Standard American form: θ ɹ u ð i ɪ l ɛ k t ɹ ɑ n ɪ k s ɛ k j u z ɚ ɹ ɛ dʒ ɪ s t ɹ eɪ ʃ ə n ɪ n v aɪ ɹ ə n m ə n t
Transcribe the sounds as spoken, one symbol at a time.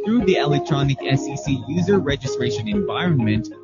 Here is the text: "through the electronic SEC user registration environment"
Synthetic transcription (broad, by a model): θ ɹ u ð i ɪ l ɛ k t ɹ ɑ n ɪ k s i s j u z ɚ ɹ ɛ dʒ ɪ s t ɹ eɪ ʃ ə n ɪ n v aɪ ɹ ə n m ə n t